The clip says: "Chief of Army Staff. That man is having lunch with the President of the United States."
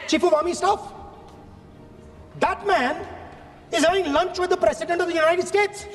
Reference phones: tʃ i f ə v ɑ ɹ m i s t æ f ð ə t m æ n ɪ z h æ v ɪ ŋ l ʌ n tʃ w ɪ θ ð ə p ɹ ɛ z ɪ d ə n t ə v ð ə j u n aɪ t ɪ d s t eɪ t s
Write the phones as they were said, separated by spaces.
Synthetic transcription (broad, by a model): tʃ i f ə v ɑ m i s t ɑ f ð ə t m æ n ɪ z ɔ ɪ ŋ l ʌ n tʃ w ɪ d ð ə p ɹ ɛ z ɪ d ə n t ə v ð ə j u n aɪ t ɪ d s t eɪ t s